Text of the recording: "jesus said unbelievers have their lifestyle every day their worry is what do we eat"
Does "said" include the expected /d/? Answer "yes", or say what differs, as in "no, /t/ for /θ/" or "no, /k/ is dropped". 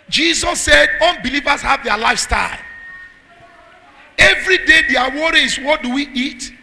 yes